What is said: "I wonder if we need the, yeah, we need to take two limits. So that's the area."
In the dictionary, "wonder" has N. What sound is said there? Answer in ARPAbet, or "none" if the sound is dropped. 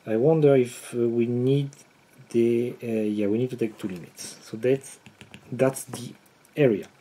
N